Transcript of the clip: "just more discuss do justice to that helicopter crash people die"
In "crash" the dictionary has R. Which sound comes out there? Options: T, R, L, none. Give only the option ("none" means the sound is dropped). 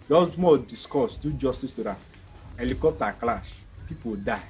L